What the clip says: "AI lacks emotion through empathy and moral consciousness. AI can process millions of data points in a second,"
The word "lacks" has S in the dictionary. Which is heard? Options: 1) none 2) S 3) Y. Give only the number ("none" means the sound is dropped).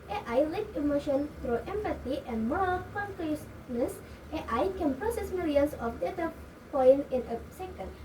1